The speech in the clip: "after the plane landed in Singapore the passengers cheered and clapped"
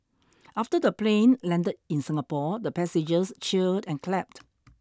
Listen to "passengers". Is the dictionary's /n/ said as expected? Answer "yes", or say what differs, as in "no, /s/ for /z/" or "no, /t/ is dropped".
no, /n/ is dropped